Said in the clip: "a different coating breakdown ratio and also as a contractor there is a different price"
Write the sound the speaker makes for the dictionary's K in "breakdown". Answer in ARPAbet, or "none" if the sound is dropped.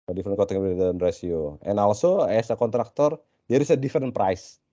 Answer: none